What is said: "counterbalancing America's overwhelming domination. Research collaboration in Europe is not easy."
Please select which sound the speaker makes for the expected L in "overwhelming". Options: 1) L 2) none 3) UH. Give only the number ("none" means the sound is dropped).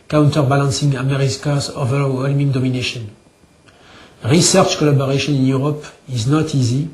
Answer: 1